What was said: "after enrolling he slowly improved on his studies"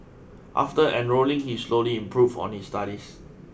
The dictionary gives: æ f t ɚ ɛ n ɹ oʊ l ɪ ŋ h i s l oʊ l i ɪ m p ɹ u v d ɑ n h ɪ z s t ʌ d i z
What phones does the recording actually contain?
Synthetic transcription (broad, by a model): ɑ f t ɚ ɛ n ɹ oʊ l ɪ ŋ h i s l oʊ l i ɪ m p ɹ u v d ɑ n h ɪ s t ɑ d i s